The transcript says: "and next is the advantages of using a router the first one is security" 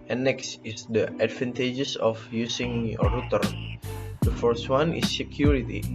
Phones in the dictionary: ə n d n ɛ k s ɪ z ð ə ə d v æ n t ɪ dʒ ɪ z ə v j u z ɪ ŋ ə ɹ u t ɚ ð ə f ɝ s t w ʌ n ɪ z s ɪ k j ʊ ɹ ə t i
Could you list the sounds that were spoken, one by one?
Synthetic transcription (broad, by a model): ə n n ɛ k s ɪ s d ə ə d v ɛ n t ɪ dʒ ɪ s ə f j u s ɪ ŋ ə ɹ u t ɚ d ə f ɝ s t w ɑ n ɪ s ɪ k j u ɹ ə t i